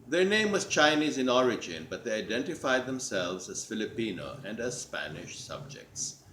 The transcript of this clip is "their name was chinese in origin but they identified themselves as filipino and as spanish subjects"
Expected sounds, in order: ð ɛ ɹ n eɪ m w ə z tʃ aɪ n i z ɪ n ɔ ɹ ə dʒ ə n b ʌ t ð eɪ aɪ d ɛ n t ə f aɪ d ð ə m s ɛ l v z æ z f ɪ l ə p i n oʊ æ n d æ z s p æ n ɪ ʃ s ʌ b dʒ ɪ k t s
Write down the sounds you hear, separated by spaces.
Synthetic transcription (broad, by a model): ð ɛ ɹ n eɪ m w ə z tʃ aɪ n i z ɪ n ɔ ɹ ə dʒ ə n b ʌ t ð eɪ aɪ d ɛ n t ə f aɪ d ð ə m s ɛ l v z æ z f ɪ l ə p i n oʊ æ n d æ z s p æ n ɪ ʃ s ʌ b dʒ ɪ k t s